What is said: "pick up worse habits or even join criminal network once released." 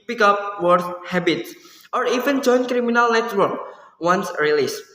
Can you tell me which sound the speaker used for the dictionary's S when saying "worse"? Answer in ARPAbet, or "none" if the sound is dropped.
TH